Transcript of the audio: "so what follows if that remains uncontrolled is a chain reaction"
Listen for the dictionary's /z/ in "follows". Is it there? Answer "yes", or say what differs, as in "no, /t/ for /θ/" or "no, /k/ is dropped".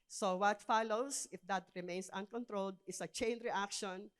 no, /s/ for /z/